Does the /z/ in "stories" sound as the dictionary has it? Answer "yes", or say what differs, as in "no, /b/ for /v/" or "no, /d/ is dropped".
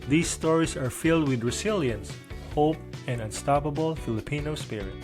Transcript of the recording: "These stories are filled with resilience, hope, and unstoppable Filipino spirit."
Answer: no, /s/ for /z/